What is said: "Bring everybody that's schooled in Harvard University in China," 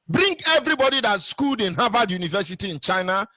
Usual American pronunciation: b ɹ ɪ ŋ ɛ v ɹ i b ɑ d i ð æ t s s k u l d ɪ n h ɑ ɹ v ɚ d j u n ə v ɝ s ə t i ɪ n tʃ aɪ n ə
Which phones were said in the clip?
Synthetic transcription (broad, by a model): b ɹ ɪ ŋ ɛ v ɹ i b ɑ d i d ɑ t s s k u l d ɪ n h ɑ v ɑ d j u n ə v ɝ s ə t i ɪ n tʃ aɪ n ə